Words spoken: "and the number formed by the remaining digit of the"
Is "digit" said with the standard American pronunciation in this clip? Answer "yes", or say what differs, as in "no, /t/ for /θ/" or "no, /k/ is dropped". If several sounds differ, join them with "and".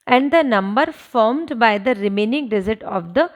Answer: no, /z/ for /dʒ/